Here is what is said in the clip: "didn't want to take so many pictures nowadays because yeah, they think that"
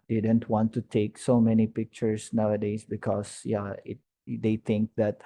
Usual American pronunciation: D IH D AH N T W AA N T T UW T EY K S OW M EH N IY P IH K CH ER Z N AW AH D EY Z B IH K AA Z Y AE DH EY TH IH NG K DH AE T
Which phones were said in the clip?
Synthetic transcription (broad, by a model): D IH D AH N T W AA N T T UW T EY K S OW M EH N IY P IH K CH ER S N AW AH D EY S B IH K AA S Y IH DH EY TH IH NG K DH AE T